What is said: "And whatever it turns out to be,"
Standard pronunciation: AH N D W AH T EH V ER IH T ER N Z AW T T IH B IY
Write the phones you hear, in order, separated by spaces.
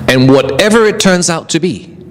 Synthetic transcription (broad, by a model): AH N W AH T EH V ER IH T ER N Z AW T T IH B IY